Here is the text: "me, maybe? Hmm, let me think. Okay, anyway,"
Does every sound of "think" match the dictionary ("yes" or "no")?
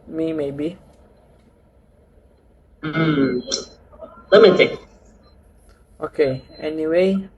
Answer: no